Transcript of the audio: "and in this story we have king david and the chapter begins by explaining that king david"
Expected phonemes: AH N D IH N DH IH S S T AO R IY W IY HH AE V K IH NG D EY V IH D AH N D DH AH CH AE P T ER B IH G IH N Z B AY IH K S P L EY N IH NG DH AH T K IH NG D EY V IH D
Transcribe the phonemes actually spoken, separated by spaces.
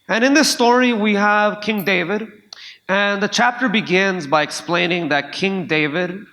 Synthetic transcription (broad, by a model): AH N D IH N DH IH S S T AO R IY W IY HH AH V K IH NG D EY V IH D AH N DH AH CH AE P T ER B IH G IH N Z B AY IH K S P L EY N IH NG DH AH T K IH NG D EY V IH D